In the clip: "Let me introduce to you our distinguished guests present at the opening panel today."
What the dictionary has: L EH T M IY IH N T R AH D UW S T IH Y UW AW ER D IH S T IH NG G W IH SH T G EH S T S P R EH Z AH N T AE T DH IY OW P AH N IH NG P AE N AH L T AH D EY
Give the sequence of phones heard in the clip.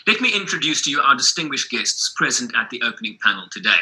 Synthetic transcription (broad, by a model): L EH T M IY IH N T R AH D UW S T IH Y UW AW ER D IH S T IH NG G W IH SH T G EH S T S P R EH Z AH N T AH T DH IY OW P AH N IH NG P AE N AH L T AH D EY